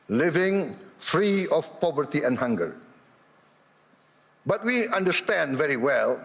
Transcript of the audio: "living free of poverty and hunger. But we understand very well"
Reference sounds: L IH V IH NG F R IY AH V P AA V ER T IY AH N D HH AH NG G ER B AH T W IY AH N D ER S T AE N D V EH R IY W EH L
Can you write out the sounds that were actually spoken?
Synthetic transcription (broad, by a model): L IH V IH NG F R IY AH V P AA V ER T IY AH N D HH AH NG G ER B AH T W IY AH N D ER S T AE N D V EH R IY W EH L